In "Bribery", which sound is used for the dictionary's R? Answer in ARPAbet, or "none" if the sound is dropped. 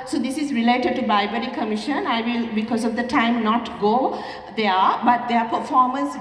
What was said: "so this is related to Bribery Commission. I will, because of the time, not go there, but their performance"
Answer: none